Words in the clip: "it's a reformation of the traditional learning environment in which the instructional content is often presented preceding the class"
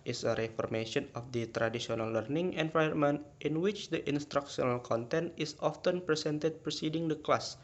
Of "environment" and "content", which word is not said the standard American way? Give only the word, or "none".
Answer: environment